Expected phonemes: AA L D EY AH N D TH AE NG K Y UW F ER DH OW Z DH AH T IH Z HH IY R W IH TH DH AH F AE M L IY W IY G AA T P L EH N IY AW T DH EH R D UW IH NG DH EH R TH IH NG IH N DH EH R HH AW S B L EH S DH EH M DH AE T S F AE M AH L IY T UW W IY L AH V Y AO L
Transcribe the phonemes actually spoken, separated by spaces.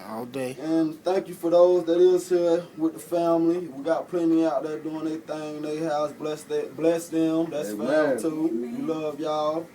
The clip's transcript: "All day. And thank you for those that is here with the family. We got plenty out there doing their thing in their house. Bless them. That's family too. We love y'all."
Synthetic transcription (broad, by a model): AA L D EY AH N TH AE NG K Y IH F ER DH OW Z DH AH T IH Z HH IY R W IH DH AH F AE M L IY W IY G AA T P L EH N IY AW T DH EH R D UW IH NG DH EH TH IH NG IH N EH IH HH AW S B L EH S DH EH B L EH S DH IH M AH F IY T UW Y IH L AH V Y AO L